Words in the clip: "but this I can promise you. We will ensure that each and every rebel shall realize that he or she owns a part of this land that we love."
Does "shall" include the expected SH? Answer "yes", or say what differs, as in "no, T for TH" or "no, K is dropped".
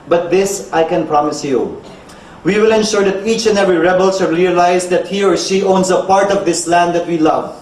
no, S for SH